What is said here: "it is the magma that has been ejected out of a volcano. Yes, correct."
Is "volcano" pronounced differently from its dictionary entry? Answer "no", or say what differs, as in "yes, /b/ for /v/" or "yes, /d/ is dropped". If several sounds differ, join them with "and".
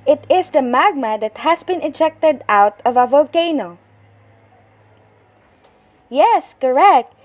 no